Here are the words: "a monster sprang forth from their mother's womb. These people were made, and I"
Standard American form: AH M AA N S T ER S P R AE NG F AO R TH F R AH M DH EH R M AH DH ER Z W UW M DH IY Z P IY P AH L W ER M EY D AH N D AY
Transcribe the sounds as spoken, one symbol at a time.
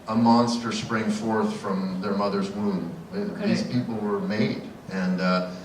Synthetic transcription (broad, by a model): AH M AA N S T ER S P R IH NG F AO R TH F R AH M DH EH R M AH DH ER Z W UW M DH IY Z P IY P L W ER M EY D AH N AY